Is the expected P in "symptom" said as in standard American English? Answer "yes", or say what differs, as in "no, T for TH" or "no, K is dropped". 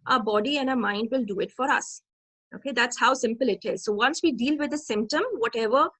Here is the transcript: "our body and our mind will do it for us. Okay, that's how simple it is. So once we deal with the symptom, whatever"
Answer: yes